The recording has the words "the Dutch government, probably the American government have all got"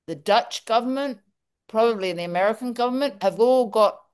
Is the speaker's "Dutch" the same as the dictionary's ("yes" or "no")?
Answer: yes